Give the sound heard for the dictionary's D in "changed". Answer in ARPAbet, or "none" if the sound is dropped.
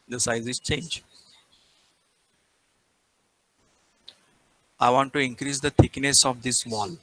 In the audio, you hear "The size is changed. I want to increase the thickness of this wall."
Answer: none